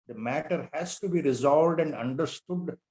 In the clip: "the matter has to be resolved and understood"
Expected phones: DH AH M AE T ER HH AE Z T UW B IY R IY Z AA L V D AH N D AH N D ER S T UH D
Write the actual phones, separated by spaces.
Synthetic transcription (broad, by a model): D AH M AE T ER HH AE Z T UW B IY R IY Z AA L V D AH N D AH N D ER S T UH D